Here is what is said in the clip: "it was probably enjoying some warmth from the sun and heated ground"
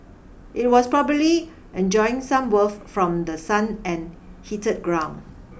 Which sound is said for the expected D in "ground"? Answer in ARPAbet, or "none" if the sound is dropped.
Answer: none